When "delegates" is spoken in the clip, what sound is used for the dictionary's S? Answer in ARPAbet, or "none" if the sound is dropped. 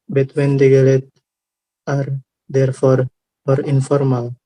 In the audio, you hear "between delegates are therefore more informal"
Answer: none